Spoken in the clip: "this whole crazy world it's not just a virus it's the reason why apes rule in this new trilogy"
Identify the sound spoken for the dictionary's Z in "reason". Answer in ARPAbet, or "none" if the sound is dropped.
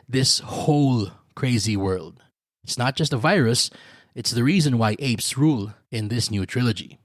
Z